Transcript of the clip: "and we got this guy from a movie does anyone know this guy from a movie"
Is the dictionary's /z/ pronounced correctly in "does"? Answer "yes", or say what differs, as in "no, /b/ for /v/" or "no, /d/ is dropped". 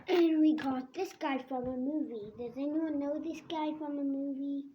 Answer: yes